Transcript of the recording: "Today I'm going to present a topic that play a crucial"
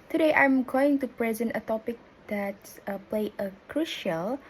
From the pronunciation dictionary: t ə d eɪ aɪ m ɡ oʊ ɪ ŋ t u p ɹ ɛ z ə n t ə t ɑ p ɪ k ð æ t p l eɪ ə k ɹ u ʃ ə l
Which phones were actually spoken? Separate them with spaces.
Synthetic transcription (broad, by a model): t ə d eɪ aɪ m ɡ oʊ ɪ ŋ t u p ɹ ɛ z ə n t ə t ɑ p ɪ k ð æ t p l eɪ ə k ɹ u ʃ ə l